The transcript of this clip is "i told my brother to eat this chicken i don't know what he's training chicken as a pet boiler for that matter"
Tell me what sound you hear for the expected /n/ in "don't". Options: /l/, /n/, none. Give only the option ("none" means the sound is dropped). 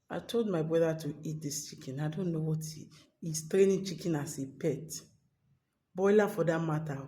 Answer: /n/